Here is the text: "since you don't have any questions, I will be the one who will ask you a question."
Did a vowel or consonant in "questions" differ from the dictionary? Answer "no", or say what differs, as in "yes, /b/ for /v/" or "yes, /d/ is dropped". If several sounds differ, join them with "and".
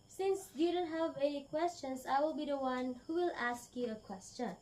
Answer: yes, /s/ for /z/